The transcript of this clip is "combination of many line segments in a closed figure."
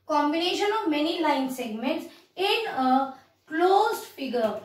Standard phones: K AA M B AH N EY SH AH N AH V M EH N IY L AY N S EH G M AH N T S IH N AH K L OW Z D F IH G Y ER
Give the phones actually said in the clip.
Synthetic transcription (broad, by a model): K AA M B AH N EY SH AH N AH V M EH N IY L AY N S EH G M AH N T S IH N AH K L OW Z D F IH G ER